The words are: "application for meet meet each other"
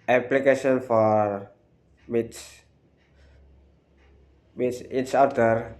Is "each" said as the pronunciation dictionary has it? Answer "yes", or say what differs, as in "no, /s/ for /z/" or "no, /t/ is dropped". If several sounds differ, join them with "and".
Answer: no, /s/ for /tʃ/